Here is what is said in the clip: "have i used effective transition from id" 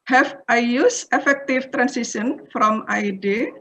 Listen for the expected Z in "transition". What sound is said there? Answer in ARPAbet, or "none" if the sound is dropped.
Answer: S